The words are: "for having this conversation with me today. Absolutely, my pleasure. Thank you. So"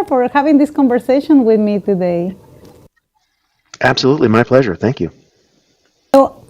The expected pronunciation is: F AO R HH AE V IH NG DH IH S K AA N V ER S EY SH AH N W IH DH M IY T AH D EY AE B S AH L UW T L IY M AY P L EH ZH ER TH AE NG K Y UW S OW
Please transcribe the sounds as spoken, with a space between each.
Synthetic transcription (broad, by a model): F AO R HH AE V IH NG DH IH S K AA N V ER S EY SH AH N W IH DH M IY T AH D EY AE B S AH L UW T L IY M AY P L EH ZH ER TH AE NG K Y UW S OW